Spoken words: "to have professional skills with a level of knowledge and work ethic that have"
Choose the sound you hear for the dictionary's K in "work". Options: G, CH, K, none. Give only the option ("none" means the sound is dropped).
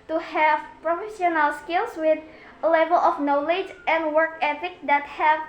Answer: K